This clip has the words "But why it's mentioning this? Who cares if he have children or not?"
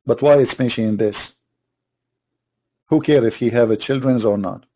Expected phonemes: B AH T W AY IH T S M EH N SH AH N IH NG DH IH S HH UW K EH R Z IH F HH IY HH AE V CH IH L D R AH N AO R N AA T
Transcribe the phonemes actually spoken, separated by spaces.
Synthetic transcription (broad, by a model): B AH T W AY IH T S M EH SH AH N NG DH IH S HH UW K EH R IH F HH IY HH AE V CH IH L D R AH N AO R N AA T